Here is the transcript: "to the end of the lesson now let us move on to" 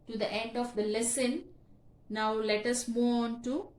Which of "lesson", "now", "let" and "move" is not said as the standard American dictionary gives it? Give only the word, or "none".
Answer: move